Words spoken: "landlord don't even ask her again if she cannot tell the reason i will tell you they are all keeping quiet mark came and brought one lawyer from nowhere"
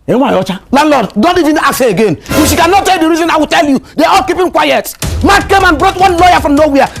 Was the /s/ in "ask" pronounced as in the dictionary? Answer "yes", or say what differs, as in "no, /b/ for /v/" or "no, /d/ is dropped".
no, /s/ is dropped